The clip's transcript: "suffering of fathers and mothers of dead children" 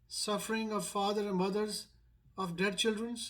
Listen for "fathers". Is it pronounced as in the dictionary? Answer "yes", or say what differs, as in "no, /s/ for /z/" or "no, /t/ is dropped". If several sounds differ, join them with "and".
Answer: no, /z/ is dropped